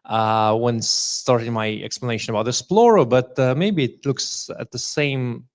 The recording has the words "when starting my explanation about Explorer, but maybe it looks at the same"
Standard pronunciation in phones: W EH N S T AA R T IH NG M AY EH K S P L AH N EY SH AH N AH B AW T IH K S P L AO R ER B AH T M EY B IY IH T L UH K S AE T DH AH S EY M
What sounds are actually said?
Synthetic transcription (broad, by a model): W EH N S T AA R T IH NG M AY EH K S P L AH N EY SH AH N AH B AW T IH S P L AO R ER B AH T M EY B IY IH T L UH K S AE T DH AH S EY M